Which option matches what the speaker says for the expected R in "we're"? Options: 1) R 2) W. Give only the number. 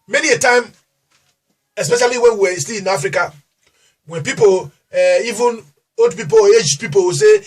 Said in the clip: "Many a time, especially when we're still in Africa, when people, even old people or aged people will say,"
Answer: 2